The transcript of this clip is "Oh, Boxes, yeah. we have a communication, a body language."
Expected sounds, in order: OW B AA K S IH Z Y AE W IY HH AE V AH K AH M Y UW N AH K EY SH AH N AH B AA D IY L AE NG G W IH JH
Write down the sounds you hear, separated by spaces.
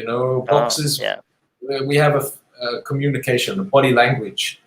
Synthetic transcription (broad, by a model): OW B AA K S IH Z W IY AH V AH K AH M Y UW N AH K EY SH AH N AH B AA D IY L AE NG G W IH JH